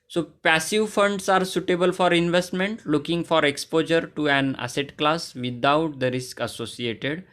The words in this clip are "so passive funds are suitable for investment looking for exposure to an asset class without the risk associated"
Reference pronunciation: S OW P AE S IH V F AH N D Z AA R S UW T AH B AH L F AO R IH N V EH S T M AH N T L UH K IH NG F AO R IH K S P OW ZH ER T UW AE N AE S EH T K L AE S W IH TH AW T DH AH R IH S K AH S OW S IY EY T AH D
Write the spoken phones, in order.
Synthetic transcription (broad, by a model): S OW P AE S IH V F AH N D S AA R S UW T AH B AH L F AO R IH N V EH S T M AH N T L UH K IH NG F AO R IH K S P OW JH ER T UW AE N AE S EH T K L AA S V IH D AW T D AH R IH S K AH S OW S IY EY T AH D